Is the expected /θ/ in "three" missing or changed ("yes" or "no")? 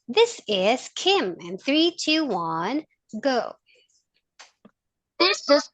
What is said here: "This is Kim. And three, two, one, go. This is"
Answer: no